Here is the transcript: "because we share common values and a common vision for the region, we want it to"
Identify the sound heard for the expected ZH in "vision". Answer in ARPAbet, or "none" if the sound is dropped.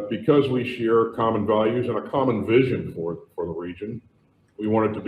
ZH